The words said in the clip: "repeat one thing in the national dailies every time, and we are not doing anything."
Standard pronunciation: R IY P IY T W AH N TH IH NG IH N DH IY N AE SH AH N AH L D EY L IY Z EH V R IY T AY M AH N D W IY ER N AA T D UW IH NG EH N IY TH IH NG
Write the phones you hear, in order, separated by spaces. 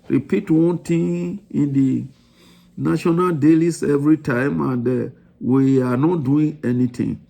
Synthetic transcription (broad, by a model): R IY P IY T W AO N T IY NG IH N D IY N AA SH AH N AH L D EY L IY S EH V R IY T AY M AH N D W IY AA N AA T D UW IH NG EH N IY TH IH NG